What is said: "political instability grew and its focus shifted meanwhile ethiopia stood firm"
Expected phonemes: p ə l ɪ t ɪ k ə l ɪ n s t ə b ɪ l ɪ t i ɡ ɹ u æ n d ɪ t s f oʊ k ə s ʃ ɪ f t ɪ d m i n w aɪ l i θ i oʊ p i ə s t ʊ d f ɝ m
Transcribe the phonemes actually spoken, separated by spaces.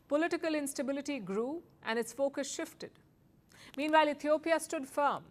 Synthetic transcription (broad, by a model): p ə l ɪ t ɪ k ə l ɪ n s t ə b ɪ l ɪ t i ɡ ɹ u æ n d ɪ t s f oʊ k ə s ʃ ɪ f t ɪ d m i n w aɪ l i t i oʊ p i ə s t ʊ d f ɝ m